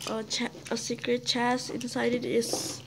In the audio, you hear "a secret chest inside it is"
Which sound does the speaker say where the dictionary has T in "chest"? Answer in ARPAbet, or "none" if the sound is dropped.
none